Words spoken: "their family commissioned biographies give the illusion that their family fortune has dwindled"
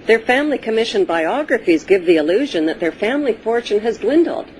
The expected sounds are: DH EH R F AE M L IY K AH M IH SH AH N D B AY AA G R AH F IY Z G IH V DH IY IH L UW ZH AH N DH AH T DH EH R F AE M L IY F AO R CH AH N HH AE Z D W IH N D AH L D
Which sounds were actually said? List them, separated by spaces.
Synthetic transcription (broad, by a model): DH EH R F AE M L IY K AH M IH SH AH N B AY AA G R AH F IY Z G IH V DH IY IH L UW ZH AH N DH AH T DH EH R F AE M L IY F AO R CH AH N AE Z D W IH N D L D